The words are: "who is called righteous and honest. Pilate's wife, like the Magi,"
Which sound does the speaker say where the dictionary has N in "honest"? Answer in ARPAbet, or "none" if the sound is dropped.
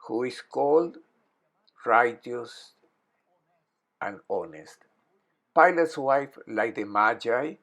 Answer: N